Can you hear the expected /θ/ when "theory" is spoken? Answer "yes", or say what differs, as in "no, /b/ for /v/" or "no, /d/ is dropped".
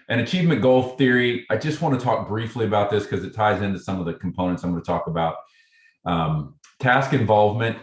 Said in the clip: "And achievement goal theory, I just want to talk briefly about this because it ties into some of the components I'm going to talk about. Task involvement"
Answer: yes